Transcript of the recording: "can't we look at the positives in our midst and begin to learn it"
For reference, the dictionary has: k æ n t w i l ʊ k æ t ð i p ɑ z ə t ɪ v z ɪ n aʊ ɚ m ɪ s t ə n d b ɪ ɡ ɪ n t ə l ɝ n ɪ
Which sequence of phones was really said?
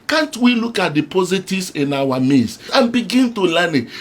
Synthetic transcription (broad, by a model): k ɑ n t w i l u k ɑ t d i p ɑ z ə t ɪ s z ɪ n aʊ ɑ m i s ə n b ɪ ɡ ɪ n t ə l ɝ n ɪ